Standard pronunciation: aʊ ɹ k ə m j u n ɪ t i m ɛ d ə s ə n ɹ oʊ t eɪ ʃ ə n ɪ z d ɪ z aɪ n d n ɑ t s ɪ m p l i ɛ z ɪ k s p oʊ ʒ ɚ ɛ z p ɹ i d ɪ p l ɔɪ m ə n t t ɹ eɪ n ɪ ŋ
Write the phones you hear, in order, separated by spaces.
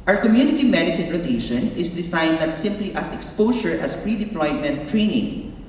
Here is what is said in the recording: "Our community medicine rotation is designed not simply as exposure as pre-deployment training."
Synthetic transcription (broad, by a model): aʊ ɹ k ə m j u n ɪ t i m ɛ d ə s ə n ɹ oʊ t eɪ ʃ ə n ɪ s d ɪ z aɪ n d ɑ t s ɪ m p l i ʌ s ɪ k s p oʊ ʃ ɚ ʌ s p ɹ i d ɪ p l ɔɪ m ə n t t ɹ eɪ n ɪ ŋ